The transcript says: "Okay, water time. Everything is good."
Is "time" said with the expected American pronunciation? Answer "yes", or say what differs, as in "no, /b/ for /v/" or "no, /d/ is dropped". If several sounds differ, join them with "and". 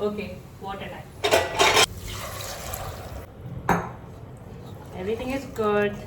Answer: no, /m/ is dropped